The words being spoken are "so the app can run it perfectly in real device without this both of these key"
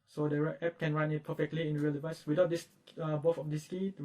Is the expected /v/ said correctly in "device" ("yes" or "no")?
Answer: yes